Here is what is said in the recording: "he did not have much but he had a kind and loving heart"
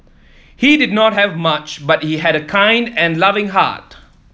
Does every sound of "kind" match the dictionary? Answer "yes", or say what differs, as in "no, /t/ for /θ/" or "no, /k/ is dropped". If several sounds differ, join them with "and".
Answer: yes